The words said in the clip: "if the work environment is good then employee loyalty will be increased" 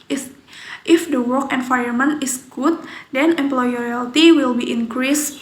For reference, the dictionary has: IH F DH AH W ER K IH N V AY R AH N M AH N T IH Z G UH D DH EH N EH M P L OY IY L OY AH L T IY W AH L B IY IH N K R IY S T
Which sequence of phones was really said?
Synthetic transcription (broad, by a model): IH F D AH W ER K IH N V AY AH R M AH N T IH S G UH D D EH N EH M P L OY IY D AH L T IY W AH L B IY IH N K R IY S